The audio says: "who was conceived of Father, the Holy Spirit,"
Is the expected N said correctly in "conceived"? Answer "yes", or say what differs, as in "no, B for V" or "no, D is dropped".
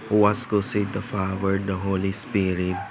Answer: no, N is dropped